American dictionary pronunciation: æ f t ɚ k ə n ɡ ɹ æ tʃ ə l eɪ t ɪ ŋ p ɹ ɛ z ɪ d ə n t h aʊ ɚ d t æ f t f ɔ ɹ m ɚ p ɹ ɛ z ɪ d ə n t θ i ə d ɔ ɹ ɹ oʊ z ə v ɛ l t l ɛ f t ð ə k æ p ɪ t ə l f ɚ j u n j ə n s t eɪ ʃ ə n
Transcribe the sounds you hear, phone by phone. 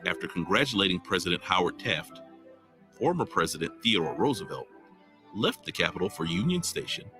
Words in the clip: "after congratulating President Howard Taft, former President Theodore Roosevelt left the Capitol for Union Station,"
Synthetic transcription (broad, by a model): æ f t ɚ k ə n ɡ ɹ æ tʃ ə l eɪ t ɪ ŋ p ɹ ɛ z ɪ d ə n t h aʊ ɚ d t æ f t f ɔ ɹ m ɚ p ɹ ɛ z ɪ d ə n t θ i ə d ɔ ɹ ɹ oʊ z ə v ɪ l l ɛ f t ð ə k æ p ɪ t l f ɚ j u n j ə n s t eɪ ʃ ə n